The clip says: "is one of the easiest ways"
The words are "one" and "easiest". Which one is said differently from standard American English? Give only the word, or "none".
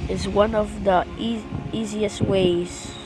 none